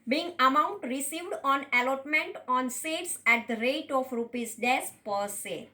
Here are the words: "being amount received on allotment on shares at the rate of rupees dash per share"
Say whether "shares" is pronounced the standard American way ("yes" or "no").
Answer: no